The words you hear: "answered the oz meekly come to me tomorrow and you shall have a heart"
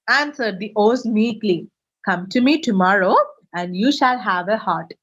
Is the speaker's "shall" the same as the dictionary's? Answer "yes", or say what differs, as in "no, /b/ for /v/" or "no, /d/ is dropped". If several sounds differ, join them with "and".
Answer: yes